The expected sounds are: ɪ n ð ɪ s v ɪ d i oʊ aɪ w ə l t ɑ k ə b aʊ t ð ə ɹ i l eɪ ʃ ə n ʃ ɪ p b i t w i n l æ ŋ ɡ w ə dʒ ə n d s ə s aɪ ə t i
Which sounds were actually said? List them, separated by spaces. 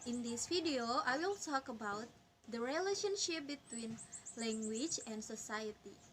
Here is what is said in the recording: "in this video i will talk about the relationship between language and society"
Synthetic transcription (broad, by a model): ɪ n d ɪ s f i d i oʊ aɪ w ə l t ɑ k ə b aʊ t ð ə ɹ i l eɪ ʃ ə n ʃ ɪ p b i t w i n l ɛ ŋ ɡ w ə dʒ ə n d s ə s aɪ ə t i